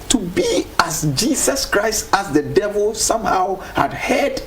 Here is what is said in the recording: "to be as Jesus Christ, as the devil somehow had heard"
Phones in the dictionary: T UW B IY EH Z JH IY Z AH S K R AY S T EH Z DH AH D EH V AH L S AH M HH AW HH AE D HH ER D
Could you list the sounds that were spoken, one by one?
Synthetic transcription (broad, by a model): T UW B IY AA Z JH IY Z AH S K R AY S T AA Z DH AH D EH V AH L S AH M HH AW HH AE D HH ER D